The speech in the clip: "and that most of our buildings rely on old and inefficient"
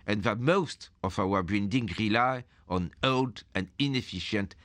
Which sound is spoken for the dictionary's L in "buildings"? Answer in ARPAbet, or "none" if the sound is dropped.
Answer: N